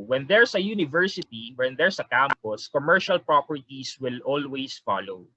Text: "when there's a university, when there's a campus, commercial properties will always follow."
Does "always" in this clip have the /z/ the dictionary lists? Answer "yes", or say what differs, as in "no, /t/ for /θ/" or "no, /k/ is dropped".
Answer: no, /s/ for /z/